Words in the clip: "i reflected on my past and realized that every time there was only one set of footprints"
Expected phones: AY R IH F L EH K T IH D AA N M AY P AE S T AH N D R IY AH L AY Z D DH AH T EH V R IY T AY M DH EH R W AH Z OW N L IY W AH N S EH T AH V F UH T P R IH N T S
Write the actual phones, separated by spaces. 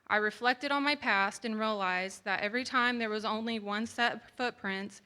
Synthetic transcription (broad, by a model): AY R IH F L EH K T IH D N M AY P AE S T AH N R IY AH L AY Z DH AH T EH V R IY T AY M DH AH R W AH Z OW N L IY W AH N S EH T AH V F UH T P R IH N T S